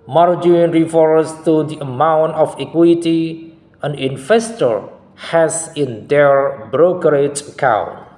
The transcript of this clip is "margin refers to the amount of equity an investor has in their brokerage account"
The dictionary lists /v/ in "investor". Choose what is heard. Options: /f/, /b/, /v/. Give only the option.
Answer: /f/